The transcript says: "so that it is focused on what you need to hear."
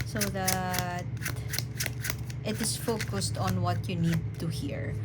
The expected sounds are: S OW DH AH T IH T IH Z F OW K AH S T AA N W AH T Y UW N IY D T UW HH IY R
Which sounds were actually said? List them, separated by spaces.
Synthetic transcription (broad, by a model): S OW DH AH T IH T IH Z F OW K AH S T AA N W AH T Y UW N IY D T UW HH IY R